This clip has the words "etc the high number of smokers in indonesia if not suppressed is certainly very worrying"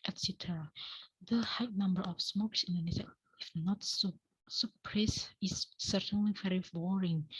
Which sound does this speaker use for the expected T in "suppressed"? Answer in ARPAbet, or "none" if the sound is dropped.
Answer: none